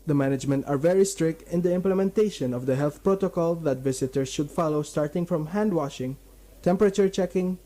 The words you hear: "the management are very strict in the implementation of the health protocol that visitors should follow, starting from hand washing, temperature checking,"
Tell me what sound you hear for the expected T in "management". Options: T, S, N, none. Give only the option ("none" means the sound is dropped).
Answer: T